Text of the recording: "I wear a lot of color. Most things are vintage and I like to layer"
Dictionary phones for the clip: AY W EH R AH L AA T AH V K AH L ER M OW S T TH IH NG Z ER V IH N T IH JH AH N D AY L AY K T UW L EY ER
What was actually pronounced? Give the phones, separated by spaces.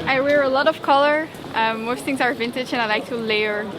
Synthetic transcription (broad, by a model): AY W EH R AH L AA T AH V K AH L ER M OW S T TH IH NG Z ER V IH N T IH JH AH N AY L AY K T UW L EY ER